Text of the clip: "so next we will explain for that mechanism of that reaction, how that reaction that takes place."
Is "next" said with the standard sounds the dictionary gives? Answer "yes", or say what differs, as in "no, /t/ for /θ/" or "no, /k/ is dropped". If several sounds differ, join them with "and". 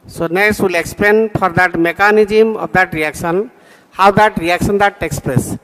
no, /k/ is dropped